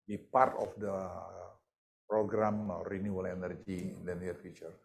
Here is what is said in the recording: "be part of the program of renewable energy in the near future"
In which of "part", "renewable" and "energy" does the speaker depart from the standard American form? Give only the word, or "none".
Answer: renewable